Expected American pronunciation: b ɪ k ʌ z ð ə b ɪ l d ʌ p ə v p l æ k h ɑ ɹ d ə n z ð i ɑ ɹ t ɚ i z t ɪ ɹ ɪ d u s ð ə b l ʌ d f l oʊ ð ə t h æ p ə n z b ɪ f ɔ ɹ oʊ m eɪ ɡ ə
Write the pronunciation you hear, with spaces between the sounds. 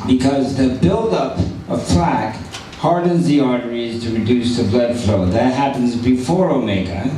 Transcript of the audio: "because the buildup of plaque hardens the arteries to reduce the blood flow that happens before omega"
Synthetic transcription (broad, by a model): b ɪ k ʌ z ð ə b ɪ l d ʌ p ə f l æ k h ɑ ɹ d n z ð i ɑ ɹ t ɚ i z t ɪ ɹ ɪ d u s ð ə b l ʌ d f l oʊ ð ə t h æ p ə n z b ɪ f ɔ ɹ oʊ m eɪ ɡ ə